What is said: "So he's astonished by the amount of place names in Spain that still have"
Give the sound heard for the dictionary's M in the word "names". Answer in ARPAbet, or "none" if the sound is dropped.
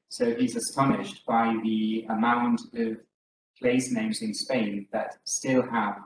M